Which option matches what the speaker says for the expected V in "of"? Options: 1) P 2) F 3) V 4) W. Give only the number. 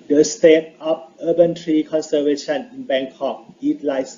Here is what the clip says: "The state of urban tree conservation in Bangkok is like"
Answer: 1